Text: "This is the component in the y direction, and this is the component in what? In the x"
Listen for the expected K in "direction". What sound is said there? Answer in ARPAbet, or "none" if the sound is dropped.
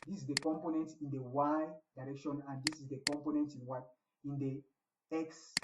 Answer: K